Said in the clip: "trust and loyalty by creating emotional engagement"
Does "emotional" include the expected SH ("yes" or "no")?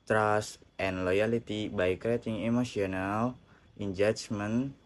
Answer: no